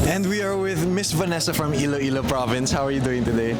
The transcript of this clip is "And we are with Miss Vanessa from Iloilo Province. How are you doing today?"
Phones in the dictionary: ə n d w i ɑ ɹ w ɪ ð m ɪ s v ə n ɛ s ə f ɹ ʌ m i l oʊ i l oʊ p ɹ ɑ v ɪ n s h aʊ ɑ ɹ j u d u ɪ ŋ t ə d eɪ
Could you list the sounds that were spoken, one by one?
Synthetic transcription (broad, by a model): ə n d w i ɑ ɹ w ɪ ð m ɪ s v ə n ɛ s ə f ɹ ʌ m i l oʊ i l oʊ p ɹ ɑ v ɪ n s h aʊ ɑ ɹ j u d u ɪ ŋ t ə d eɪ